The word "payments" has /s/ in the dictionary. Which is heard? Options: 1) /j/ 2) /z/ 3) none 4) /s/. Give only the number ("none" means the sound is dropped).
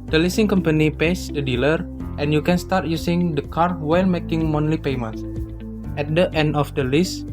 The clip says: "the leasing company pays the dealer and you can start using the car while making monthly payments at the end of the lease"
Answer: 3